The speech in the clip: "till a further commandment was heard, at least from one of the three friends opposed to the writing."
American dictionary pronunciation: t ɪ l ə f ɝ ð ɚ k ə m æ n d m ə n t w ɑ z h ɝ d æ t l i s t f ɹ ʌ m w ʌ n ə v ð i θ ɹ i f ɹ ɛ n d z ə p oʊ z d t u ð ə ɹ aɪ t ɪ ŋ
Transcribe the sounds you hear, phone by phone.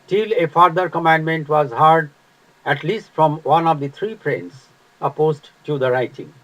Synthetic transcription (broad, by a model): t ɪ l ə f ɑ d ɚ k ə m æ n d m ə n t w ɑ z h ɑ d æ t l i s t f ɹ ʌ m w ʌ n ə v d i t ɹ i p ɹ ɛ n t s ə p oʊ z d t u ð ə ɹ aɪ t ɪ ŋ